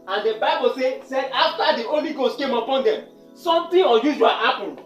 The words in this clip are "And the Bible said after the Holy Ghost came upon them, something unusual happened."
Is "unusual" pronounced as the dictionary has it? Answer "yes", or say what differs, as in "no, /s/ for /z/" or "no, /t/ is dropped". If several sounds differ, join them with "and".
no, /n/ is dropped